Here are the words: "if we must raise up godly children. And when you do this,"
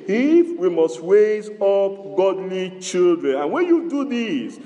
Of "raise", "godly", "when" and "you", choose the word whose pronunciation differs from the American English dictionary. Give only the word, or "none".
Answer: raise